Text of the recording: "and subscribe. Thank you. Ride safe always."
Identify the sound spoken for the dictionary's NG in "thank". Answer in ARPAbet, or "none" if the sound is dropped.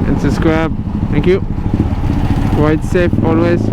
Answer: NG